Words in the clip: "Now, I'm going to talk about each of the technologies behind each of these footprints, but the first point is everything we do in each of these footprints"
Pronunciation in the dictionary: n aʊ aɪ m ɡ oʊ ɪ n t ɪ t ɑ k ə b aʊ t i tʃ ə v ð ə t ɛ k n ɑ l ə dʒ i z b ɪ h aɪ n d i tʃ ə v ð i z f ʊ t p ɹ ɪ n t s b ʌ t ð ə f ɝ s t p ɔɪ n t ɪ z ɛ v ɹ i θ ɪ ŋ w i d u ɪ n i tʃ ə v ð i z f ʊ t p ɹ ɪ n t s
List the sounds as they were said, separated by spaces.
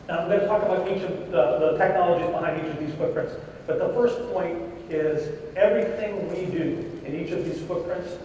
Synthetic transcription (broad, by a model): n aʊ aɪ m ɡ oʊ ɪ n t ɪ t ɑ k ə b aʊ t i tʃ ə v ð ə t ɛ k n ɑ l ə dʒ i z b ɪ h aɪ n d i tʃ ə v ð i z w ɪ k p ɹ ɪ n t s b ʌ t ð ə f ɝ s p ɔɪ n t ɪ z ɛ v ɹ i θ ɪ ŋ w i d u ɪ n i tʃ ə v ð i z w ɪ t p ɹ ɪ n t s